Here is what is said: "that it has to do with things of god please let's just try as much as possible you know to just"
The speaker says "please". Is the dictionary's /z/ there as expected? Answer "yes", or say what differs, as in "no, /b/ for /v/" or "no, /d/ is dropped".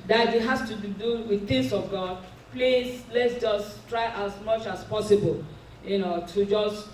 no, /s/ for /z/